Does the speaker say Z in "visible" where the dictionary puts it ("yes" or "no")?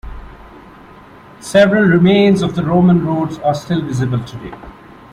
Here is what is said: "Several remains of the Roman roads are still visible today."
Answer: yes